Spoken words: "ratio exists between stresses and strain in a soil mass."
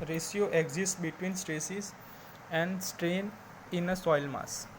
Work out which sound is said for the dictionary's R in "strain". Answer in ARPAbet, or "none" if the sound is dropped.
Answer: R